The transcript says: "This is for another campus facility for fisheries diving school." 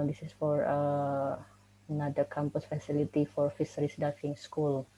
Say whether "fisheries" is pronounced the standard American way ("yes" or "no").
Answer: no